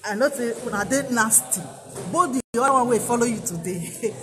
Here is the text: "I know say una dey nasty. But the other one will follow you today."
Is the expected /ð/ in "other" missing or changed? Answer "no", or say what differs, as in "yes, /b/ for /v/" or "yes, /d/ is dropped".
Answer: yes, /ð/ is dropped